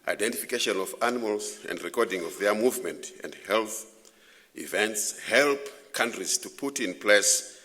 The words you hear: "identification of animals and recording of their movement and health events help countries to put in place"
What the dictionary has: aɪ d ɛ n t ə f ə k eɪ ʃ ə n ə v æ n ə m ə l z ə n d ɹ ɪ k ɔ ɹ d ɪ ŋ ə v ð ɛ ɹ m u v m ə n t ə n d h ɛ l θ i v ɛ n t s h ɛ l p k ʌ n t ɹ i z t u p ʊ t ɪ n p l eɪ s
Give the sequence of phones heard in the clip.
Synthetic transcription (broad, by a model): aɪ d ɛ n t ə f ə k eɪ ʃ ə n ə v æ n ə m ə l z ə n d ɹ ɪ k ɔ ɹ d ɪ ŋ ə v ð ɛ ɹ m u v m ə n t ə n d h ɛ l θ i v ɛ n t s h ɛ l p k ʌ n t ɹ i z t u p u t ɪ n p l eɪ s